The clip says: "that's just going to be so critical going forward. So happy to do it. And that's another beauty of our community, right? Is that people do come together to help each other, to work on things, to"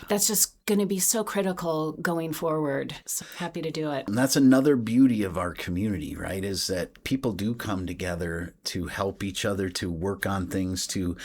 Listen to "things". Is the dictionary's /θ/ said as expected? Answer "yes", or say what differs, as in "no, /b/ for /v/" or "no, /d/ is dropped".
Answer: yes